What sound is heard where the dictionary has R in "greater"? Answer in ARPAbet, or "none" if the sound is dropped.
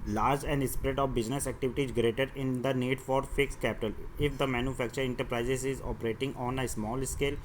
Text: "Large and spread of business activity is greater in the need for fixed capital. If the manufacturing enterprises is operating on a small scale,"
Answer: R